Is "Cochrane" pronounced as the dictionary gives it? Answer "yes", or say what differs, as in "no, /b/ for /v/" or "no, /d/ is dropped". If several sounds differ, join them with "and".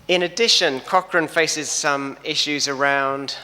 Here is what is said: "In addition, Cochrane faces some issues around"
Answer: yes